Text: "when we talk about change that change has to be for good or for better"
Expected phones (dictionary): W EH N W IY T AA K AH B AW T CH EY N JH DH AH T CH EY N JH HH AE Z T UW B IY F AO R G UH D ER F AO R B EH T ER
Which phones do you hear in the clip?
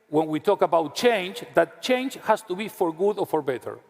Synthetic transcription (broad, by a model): W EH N W IY T AA K AH B AW T CH EY N JH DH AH T CH EY N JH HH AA S T UW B IY F AO R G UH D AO F AO R B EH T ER